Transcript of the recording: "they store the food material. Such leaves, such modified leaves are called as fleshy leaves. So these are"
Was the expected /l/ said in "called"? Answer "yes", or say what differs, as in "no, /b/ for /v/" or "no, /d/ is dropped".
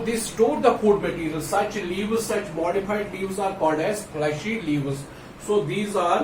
no, /l/ is dropped